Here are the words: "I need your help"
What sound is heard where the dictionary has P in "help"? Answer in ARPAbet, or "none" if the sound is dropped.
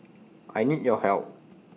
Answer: none